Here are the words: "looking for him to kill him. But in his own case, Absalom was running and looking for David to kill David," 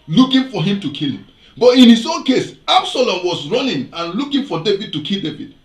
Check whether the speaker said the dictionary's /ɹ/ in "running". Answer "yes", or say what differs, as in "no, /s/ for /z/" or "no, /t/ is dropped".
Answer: yes